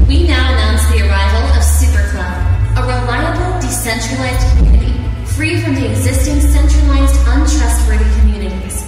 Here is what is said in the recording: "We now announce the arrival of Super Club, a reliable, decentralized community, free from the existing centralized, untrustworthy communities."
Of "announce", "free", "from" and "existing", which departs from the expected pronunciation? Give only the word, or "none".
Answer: none